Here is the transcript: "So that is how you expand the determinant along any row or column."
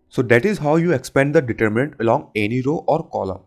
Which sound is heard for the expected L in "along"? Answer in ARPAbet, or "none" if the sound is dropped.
L